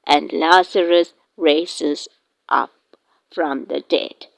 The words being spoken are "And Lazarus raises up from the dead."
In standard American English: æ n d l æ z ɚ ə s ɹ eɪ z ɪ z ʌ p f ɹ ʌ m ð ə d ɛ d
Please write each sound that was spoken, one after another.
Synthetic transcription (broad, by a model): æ n d l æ s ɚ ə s ɹ eɪ s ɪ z ʌ p f ɹ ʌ m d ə d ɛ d